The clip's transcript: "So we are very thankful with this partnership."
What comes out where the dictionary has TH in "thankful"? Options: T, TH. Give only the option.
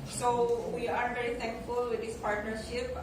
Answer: T